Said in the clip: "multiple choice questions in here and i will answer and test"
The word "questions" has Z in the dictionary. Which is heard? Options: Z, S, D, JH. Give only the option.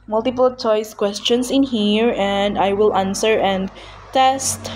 S